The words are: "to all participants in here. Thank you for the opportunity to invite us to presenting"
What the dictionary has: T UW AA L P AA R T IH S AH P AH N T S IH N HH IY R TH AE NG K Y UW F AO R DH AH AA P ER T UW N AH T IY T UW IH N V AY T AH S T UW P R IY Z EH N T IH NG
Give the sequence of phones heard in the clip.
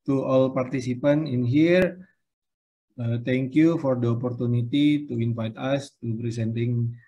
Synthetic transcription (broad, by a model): T UW AA L P AA R T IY S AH P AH N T IH N HH IY R T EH NG K Y UW F AO R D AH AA P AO T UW N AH T IY T UW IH N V AY T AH S T UW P R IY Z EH N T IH NG